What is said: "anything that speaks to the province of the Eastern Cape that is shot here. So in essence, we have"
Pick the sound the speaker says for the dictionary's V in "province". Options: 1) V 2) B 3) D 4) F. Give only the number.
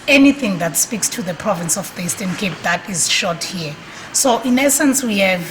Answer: 1